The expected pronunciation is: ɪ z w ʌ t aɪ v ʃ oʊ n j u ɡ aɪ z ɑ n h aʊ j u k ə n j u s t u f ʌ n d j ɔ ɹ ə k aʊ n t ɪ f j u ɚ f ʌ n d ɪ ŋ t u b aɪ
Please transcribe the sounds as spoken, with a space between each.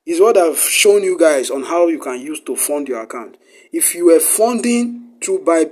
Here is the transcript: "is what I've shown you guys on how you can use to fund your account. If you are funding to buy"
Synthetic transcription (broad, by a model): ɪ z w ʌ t aɪ v ʃ oʊ n j u ɡ aɪ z ɑ n h aʊ j u k ə n j u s t u f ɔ n d j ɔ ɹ ə k aʊ n t ɪ f j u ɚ f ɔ n d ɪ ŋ t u b aɪ